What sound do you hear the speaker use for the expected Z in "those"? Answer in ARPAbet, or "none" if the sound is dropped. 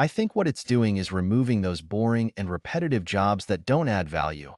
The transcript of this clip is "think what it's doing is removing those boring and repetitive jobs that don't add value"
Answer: Z